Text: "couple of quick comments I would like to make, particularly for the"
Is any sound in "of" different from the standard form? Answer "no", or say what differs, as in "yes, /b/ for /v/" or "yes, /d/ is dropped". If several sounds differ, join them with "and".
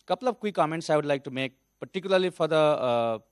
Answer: yes, /b/ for /v/